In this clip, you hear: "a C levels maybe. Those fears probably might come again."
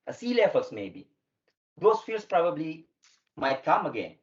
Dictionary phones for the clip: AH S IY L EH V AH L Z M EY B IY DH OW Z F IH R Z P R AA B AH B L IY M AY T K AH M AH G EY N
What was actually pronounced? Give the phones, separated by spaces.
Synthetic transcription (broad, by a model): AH S IY L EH F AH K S M EY B IY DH OW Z F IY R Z P R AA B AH B L IY M AY T K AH M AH G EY N